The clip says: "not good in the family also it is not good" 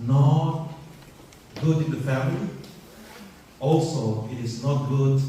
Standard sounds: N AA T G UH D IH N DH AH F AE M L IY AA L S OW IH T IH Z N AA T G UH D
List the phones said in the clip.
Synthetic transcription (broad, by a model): N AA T G UH D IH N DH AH F AE M L IY AA L S OW IH T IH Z N AA T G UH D